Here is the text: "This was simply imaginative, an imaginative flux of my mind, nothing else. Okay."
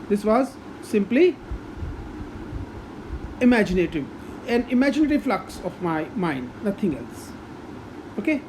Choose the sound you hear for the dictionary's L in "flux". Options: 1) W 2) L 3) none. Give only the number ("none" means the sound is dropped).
2